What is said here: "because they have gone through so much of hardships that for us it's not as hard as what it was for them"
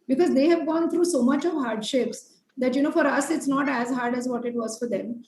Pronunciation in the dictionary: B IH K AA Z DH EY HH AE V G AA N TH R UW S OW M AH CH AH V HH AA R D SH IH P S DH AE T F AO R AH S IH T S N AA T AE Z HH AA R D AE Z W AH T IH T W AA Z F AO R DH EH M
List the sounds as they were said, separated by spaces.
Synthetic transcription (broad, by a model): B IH K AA Z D EY HH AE V G AA N T R UW S OW M AH CH AH V HH AA R D SH IH P S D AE T F AO R AH S IH T S N AA T AE Z HH AA R D AE Z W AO T IH T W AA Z F AO R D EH M